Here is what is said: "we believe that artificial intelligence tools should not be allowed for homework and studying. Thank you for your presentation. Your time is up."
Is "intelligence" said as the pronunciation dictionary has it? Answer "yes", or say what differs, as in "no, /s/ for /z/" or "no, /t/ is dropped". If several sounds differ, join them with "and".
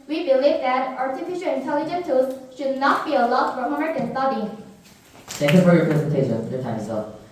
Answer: no, /s/ is dropped